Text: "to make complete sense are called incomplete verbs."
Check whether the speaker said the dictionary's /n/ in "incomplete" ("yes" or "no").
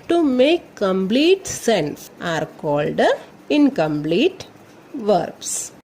yes